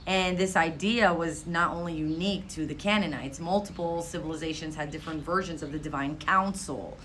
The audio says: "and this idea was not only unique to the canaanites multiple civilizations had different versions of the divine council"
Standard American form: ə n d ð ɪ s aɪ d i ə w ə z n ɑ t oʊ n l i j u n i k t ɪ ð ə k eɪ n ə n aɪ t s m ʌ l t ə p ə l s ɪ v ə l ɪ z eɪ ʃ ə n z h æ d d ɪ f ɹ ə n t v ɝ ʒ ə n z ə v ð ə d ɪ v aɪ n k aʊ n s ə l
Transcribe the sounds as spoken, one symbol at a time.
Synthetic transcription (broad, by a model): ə n ð ɪ s aɪ d i ə w ə z n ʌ t oʊ n l i j u n i k t ɪ ð ə k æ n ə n aɪ t s m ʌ l t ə p l s ɪ v ə l ɪ z eɪ ʃ ə n z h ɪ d d ɪ f ɹ ə n t v ɝ ʒ ə n z ə v ð ə d ɪ v aɪ n k aʊ n s l